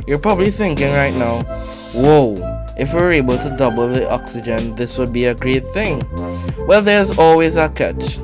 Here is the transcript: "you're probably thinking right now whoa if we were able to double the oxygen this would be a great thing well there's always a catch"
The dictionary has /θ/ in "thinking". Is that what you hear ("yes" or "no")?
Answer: yes